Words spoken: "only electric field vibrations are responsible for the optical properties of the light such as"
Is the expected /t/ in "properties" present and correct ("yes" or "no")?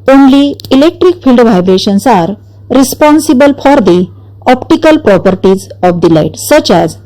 yes